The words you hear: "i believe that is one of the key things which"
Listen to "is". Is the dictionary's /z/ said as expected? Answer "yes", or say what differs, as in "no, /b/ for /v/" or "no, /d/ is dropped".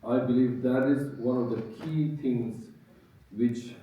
yes